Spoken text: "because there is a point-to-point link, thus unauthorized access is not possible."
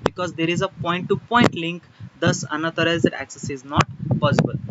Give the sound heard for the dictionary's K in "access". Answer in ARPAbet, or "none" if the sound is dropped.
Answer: K